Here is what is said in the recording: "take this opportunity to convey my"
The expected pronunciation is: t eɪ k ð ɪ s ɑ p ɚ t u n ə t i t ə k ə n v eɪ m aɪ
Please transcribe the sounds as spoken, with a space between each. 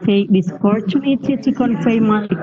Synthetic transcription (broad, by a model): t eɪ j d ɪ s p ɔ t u n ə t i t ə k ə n f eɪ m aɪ